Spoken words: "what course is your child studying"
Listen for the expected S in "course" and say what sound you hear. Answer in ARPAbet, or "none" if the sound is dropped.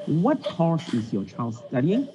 SH